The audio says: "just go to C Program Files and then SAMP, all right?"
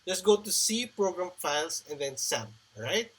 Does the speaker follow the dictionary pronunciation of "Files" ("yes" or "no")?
no